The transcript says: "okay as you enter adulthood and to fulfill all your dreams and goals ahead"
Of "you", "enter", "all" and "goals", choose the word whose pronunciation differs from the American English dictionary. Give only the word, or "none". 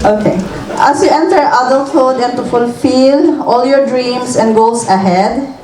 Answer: goals